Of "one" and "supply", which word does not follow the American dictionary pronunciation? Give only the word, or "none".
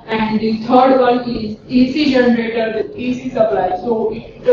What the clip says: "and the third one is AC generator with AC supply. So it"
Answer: one